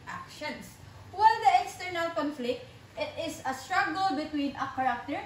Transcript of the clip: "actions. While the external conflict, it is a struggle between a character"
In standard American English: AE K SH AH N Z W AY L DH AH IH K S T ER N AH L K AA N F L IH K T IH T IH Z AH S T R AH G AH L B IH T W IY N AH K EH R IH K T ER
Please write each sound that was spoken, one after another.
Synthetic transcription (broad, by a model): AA K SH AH N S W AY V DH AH IH K S T ER N AH L K AA N F L IH K T IH T IH S AH S T R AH G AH L B IH T W IY N AH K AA R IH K T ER